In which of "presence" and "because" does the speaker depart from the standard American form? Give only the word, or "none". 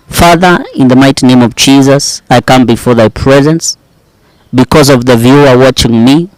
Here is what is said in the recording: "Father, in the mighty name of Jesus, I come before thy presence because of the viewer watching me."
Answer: none